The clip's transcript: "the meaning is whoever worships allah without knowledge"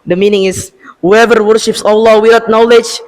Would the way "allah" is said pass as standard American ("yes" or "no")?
yes